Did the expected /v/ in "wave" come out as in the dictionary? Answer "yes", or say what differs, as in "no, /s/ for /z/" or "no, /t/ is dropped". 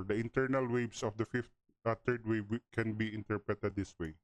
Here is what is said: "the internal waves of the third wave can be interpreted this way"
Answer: no, /b/ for /v/